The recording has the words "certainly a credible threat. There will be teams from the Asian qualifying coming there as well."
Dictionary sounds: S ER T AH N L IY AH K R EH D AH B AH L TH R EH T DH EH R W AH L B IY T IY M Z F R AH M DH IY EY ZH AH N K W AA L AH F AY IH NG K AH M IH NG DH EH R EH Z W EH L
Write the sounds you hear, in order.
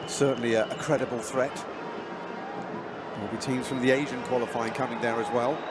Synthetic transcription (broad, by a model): S ER T N L IY AH K R EH D AH B AH L TH R EH T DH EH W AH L B IY T IY M Z F R AH M DH IY EY ZH AH N K W AA L AH F AY IH NG K AH M IH NG DH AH R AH Z W EH L